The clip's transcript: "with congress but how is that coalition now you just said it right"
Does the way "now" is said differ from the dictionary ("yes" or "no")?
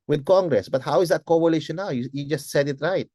yes